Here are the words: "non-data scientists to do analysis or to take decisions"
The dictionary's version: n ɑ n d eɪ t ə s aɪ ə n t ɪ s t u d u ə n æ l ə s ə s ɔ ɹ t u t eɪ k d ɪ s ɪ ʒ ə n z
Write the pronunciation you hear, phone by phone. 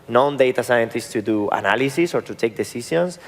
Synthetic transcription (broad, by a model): n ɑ n d eɪ t ə s aɪ ə n t ɪ s t u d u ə n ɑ l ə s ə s ɔ ɹ t u t eɪ k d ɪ s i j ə n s